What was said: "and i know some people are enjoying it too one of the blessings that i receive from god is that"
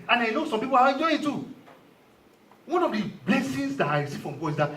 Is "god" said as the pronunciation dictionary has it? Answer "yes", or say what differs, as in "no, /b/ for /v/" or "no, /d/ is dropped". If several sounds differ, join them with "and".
no, /d/ is dropped